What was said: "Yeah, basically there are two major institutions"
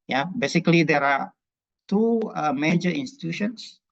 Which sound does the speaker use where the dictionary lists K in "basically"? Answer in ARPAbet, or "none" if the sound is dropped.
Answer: K